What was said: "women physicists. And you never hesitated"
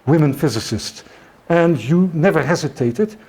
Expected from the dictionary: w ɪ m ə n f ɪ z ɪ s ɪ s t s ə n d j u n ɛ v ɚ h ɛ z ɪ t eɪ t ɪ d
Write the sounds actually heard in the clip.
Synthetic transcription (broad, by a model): w ɪ m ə n f ɪ z ɪ s ɪ s t s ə n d j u n ɛ v ɚ h ɛ z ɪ t eɪ t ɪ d